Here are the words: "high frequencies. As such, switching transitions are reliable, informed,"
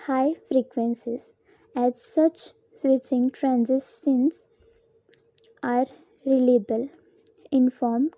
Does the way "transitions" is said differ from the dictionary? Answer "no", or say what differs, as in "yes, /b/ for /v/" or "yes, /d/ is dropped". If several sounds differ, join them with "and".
yes, /ʃ/ is dropped and /s/ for /z/